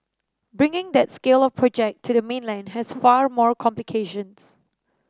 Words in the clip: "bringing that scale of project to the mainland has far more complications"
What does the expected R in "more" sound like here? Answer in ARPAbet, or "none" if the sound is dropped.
R